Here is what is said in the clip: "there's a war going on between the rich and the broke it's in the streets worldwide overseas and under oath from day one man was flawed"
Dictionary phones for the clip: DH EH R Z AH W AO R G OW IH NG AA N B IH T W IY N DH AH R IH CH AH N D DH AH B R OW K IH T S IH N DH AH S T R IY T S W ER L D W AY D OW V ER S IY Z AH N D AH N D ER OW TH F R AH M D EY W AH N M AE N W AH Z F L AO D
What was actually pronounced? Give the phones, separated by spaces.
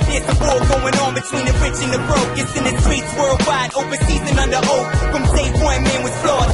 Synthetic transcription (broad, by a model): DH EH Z AH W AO L G OW IH NG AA N B IH T W IY N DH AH R IH CH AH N DH AH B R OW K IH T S IH N DH AH S T R IY T S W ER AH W AY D OW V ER S IY Z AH N AH N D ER OW F R AH M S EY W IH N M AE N W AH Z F L AO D